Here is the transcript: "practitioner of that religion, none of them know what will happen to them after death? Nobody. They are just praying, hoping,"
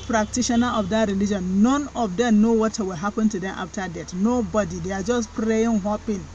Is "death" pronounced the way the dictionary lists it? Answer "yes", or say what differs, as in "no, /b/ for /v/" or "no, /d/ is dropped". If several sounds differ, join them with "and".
no, /t/ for /θ/